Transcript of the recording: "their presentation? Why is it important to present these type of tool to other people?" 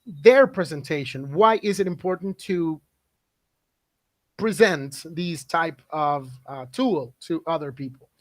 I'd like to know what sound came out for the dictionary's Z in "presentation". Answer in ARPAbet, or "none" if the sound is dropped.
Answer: Z